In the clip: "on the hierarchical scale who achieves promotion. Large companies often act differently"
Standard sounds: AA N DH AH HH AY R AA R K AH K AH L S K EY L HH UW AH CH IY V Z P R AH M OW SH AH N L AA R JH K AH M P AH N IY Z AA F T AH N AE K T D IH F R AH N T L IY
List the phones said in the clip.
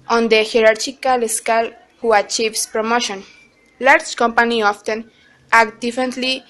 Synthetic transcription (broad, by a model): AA N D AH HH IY R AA R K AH K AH L S K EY L HH UW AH CH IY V S P R AH M OW SH AH N L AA R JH K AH M P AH N IY AA F T AH N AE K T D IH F R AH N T L IY